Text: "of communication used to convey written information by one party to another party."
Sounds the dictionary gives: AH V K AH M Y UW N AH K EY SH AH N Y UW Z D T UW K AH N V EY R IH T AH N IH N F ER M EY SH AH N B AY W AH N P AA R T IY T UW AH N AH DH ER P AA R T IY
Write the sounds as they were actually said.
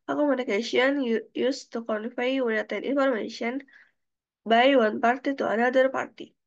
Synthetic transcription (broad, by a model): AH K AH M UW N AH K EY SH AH N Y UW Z T UW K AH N W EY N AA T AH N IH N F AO M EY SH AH N B AY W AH N P AA R T IY T UW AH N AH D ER P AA R T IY